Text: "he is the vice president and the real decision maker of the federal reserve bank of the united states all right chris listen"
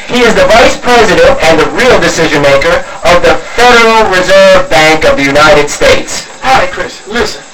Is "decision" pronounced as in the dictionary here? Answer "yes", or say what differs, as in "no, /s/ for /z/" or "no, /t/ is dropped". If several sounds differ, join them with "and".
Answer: yes